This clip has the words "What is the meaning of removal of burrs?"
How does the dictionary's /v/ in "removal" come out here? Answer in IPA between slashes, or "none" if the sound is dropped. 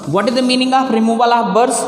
/b/